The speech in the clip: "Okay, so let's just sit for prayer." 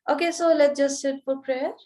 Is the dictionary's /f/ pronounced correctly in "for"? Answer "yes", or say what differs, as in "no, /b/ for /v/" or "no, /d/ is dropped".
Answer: no, /p/ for /f/